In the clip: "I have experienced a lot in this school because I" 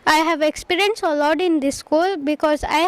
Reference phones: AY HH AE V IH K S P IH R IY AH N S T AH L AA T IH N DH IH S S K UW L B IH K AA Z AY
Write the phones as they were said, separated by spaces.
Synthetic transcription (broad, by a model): AY HH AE V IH K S P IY R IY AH N S AH L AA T IH N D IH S S K UW L B IH K AA Z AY